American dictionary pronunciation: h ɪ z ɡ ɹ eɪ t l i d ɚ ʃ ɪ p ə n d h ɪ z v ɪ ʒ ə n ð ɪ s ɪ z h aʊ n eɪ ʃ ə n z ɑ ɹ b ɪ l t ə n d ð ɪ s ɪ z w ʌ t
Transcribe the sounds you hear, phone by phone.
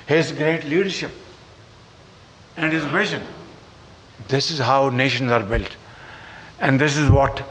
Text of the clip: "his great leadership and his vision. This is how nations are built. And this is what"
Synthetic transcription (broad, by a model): h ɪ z ɡ ɹ eɪ t l i d ɚ ʃ ɪ p ə n d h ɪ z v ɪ ʃ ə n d ɪ s ɪ z h aʊ n eɪ ʃ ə n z ɑ ɹ b ɪ l t ə n d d ɪ s ɪ z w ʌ t